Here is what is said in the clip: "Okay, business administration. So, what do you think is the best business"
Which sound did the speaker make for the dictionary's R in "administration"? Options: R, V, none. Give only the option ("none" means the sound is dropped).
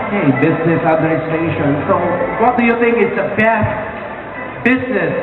none